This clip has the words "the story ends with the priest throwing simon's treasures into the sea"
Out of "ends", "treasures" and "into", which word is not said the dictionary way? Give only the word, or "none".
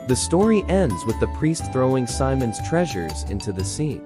none